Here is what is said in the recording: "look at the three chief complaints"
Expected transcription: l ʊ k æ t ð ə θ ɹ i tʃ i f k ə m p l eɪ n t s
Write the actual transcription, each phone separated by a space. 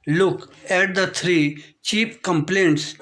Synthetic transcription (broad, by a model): l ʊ k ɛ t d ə t ɹ i tʃ i p k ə m p l eɪ n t s